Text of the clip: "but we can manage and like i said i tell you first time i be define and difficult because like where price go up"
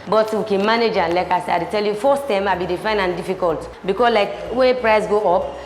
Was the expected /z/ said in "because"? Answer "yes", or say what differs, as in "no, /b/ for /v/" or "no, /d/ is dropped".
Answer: no, /s/ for /z/